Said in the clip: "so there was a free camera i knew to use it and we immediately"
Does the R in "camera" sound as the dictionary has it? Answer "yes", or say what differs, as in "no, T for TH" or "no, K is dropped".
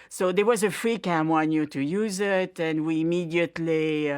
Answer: no, W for R